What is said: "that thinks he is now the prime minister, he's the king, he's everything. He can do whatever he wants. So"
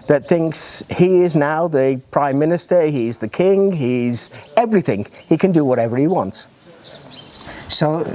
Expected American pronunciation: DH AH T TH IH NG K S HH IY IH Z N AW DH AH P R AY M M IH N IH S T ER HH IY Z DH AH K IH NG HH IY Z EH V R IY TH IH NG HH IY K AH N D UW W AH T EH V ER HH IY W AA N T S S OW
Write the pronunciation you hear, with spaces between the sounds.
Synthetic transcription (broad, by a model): DH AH T TH IH NG K S HH IY IH Z N AW DH AH P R AY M M IH N IH S T ER HH IY Z DH AH K IH NG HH IY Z EH V R IY TH IH NG HH IY K AH N D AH W AH T EH V ER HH IY W AA N T S S OW